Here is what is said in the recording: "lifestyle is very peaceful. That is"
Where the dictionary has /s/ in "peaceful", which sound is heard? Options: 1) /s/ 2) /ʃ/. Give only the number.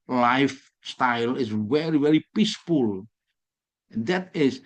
1